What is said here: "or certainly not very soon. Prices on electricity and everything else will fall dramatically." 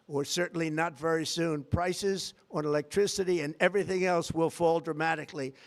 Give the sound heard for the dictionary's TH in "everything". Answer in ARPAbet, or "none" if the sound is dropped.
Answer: TH